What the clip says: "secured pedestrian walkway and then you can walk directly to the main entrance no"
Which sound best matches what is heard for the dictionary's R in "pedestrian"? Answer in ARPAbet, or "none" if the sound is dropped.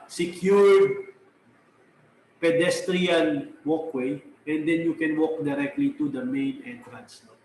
R